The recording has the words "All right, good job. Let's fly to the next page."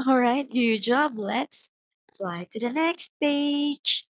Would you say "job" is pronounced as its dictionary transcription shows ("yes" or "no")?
yes